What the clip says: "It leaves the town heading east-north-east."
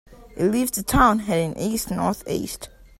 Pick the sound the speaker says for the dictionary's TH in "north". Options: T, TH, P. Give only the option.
TH